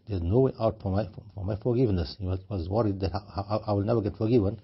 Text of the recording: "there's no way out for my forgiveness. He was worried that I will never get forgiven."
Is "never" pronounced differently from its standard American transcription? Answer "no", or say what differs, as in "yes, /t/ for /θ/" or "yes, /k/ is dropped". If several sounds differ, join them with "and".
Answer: no